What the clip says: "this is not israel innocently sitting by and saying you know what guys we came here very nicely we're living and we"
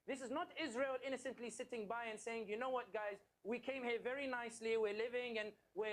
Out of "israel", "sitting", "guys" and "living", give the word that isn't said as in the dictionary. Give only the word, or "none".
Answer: none